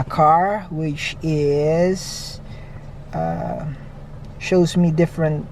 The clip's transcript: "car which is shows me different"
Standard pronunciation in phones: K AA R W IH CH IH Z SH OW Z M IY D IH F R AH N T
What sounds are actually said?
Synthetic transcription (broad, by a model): K AA R W IH CH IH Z SH OW Z M IY D IH F R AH N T